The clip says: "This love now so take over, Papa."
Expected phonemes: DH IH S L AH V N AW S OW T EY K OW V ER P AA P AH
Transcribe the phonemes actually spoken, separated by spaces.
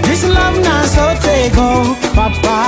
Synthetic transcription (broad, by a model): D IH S L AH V N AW S OW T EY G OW UW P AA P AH